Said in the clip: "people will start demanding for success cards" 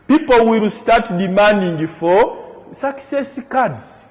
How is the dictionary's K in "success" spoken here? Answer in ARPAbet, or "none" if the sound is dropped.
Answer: K